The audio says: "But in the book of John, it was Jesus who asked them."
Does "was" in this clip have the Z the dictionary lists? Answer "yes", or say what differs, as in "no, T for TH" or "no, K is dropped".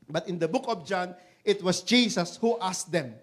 no, S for Z